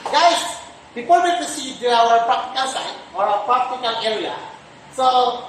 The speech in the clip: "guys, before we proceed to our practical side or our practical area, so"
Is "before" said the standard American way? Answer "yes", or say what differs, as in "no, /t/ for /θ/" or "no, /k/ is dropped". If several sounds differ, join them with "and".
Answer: no, /p/ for /f/ and /l/ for /ɹ/